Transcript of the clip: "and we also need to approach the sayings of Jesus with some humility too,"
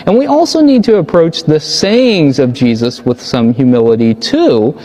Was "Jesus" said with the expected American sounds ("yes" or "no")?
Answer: yes